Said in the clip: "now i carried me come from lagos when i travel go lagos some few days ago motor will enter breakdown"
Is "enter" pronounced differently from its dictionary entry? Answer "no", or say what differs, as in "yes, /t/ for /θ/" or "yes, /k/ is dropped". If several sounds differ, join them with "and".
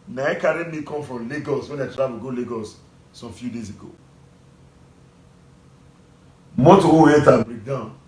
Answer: yes, /n/ is dropped